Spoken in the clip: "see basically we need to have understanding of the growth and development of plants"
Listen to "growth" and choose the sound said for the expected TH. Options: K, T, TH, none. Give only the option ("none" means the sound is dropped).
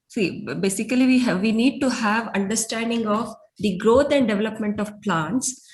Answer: T